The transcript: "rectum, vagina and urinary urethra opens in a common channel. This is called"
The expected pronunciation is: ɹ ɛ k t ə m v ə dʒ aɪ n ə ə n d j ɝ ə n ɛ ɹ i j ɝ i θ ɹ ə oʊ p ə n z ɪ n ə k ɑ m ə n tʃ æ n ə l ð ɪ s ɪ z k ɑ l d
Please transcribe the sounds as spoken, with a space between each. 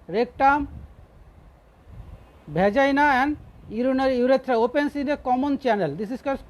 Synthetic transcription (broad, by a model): ɹ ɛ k t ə m b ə dʒ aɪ n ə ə n d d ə n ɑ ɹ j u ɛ t ɹ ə oʊ p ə n s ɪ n ə k ɑ m ə n tʃ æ n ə l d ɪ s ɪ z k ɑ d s